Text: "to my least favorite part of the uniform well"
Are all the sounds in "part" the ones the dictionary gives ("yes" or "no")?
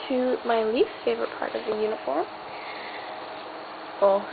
yes